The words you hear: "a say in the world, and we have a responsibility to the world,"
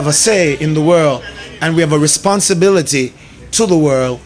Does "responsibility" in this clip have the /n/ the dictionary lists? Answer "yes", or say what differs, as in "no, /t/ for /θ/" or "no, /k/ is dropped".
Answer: yes